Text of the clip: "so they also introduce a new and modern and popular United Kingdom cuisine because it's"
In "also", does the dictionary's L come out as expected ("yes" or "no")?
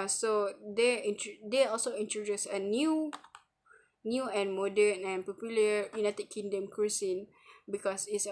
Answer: yes